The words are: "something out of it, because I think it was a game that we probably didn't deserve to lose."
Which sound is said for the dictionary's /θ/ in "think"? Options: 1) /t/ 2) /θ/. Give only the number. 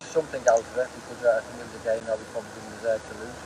2